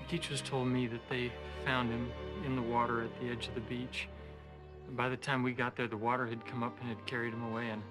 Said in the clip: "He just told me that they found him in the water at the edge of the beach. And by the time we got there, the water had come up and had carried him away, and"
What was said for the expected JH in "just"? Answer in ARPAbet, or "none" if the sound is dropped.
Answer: CH